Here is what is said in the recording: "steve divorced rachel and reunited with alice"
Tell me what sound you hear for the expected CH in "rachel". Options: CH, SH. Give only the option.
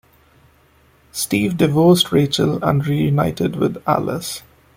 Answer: CH